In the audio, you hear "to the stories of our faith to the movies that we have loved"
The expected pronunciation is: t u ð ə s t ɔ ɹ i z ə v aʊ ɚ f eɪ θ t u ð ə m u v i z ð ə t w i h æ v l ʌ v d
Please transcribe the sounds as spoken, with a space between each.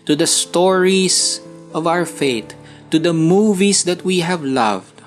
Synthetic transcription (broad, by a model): t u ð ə s t ɔ ɹ i s ə v aʊ ɚ f eɪ t u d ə m u v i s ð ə t w i h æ v l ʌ v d